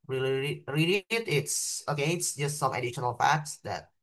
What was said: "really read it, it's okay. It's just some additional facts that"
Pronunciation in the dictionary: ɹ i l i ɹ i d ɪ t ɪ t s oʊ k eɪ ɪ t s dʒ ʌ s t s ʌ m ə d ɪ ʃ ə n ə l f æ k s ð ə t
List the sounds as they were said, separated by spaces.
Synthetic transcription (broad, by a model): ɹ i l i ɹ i ɪ t ɪ t s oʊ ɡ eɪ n s dʒ ʌ s t s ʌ m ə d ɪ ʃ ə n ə l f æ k s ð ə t